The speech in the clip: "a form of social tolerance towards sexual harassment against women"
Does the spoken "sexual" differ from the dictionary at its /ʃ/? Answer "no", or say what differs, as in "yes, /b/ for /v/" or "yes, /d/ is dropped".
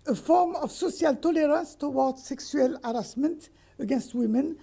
yes, /s/ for /ʃ/